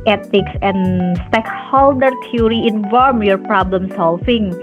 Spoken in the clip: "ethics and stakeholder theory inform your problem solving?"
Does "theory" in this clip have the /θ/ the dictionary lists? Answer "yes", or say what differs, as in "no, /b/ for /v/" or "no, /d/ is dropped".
no, /t/ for /θ/